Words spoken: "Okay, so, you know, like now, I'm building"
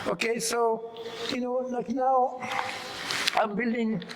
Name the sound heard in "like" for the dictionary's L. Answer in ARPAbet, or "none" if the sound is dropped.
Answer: N